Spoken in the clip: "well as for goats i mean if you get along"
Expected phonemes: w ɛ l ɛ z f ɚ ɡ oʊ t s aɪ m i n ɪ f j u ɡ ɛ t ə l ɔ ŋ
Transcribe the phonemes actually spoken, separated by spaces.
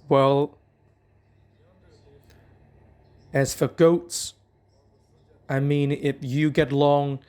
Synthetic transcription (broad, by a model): w ɛ l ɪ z f ɚ ɡ oʊ t s aɪ m i n ɪ f j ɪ ɡ ɛ t l ɔ ŋ